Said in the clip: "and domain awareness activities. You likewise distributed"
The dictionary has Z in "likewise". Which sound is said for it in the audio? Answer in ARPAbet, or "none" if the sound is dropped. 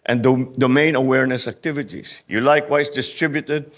S